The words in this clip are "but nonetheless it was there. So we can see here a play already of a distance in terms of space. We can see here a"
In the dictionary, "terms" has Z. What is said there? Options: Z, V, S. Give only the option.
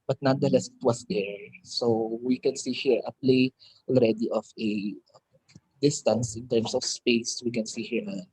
S